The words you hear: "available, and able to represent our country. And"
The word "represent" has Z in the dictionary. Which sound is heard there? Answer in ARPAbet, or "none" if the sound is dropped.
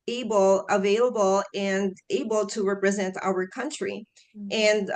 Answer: Z